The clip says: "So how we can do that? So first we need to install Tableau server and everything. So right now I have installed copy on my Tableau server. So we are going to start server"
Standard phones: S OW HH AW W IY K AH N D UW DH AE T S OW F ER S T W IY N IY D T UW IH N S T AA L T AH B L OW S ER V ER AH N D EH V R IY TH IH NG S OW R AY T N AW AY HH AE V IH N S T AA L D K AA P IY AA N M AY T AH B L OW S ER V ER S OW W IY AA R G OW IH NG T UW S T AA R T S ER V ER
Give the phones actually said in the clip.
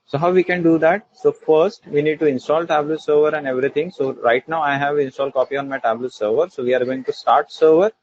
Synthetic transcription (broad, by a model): S OW HH AW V IY K AH N D UW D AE T S OW F ER S T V IY N IY D T UW IH N S T AA L T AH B L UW S ER V ER AH N D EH V R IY T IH NG S OW R AY T N AW AY HH AE V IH N S T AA L K AA P IY AA N M AY T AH B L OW S ER V ER S OW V IY AA R G OW IH NG T UW S T AA R T S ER V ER